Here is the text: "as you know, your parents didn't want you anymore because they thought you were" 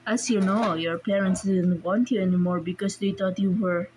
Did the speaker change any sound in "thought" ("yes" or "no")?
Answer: yes